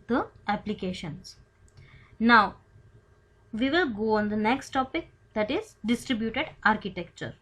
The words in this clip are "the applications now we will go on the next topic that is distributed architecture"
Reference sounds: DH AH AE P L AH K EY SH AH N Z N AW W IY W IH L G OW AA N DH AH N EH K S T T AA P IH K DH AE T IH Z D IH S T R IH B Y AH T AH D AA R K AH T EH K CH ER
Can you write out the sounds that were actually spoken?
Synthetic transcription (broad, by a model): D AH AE P L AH K EY SH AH N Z N AW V IY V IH L G OW AA N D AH N EH K S T T AA P IH K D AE T IH Z D IH S T R IH B Y AH T AH D AA R K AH T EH K CH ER